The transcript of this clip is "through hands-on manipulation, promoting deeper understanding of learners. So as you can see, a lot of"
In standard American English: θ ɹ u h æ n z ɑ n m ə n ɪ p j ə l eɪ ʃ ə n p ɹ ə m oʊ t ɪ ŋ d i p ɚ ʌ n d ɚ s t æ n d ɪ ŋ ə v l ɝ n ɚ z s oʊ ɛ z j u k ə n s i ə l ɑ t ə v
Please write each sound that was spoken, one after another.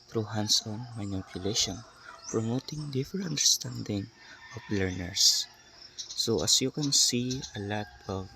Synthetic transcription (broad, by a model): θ ɹ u h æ n s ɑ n m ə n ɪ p j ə l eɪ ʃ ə n p ɹ ə m oʊ t ɪ ŋ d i f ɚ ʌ n d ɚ s t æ n d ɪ ŋ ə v l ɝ n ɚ s oʊ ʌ s j u k ə n s i ə l ɑ t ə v